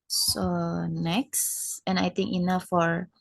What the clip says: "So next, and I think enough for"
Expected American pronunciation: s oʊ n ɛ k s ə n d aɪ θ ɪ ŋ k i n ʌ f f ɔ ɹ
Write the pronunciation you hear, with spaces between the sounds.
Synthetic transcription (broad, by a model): s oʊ n ɛ k s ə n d aɪ t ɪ ŋ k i n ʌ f f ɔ ɹ